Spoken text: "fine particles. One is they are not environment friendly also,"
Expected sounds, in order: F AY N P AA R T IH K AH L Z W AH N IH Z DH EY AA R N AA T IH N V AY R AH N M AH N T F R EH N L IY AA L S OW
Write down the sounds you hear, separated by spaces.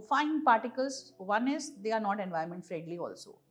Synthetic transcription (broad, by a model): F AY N P AA R T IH K AH L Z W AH N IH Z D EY AA R N AA T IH N V AY AH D M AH N T F R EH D L IY AA L S OW